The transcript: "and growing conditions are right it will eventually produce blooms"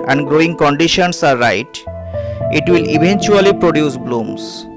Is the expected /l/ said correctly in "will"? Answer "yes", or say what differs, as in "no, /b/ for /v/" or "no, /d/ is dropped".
yes